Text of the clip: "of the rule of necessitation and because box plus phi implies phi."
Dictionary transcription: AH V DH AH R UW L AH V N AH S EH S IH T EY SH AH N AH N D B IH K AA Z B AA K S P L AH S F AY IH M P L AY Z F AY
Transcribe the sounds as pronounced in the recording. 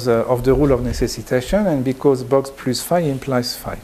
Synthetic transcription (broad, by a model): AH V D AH R UW L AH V N AH S EH S IH T EY SH AH N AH N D B IH K AA Z B AA K S P L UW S F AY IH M P L AY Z F AY